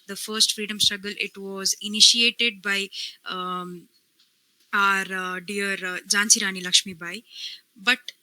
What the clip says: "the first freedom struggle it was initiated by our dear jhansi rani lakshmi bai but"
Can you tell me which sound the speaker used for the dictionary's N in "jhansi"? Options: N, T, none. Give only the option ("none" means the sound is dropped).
N